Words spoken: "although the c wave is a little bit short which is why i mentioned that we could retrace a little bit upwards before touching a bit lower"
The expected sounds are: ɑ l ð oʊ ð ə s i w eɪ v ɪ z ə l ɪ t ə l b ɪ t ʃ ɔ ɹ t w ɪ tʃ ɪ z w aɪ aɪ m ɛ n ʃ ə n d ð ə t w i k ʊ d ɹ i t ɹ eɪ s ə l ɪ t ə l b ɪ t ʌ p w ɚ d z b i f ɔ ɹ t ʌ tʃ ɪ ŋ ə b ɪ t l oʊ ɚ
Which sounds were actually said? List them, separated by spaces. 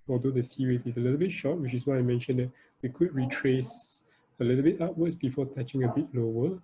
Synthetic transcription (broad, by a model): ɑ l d oʊ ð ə s i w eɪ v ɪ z ə l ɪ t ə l b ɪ t ʃ ɔ t w ɪ tʃ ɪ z w aɪ aɪ m ɛ n ʃ ə n d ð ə t w i k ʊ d ɹ i t ɹ eɪ s ə l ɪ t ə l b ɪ t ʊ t w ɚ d s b i f ɔ t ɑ tʃ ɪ ŋ ə b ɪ t l oʊ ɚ